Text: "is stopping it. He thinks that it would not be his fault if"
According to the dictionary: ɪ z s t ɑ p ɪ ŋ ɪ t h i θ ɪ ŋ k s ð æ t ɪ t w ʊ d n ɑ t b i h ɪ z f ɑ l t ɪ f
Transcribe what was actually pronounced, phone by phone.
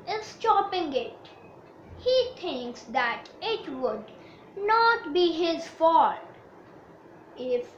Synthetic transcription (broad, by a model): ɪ s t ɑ p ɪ ŋ ɪ t h i t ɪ ŋ k s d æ t ɪ t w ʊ d n ɑ t b i h ɪ z f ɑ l ɪ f